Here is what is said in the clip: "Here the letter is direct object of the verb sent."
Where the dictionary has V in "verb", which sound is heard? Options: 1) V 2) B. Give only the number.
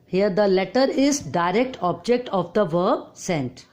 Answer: 1